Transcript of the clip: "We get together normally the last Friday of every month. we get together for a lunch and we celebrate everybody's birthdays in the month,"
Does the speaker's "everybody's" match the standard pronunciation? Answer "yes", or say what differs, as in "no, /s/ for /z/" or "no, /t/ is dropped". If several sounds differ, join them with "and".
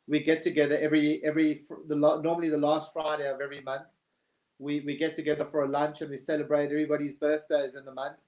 yes